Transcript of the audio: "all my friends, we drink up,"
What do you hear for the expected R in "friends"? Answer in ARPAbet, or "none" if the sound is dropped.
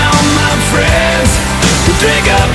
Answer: R